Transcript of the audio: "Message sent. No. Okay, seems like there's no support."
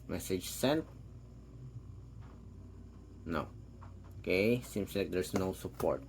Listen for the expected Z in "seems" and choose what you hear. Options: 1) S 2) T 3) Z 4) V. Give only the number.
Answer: 1